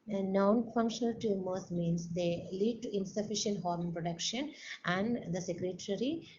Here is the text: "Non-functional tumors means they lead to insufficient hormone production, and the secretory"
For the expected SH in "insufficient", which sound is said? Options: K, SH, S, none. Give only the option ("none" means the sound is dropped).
SH